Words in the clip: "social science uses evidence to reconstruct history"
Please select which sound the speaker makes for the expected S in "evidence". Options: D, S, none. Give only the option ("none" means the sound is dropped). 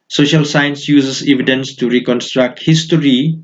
S